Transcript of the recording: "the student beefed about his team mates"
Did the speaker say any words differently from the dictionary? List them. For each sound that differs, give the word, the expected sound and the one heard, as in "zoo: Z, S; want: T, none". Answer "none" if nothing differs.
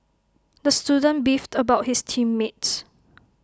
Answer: his: Z, S